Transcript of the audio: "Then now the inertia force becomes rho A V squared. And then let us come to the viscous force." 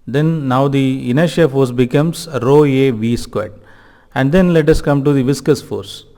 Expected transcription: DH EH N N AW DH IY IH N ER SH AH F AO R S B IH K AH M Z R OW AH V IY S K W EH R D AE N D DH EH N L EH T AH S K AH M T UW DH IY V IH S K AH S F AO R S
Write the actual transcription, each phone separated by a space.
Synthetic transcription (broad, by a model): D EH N N AW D IY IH N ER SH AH F AO R S B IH K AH M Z R OW AH V IY S K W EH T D AE N D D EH N L EH T AH S K AH M T UW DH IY V IH S K AH S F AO R S